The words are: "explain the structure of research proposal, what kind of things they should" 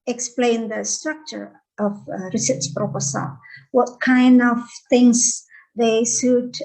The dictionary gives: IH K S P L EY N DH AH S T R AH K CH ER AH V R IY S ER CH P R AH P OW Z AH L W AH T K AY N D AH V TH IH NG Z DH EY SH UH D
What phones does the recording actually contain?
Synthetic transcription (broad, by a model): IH K S P L EY N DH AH S T R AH K CH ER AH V R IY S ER S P R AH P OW S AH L W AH T K AY N D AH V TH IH NG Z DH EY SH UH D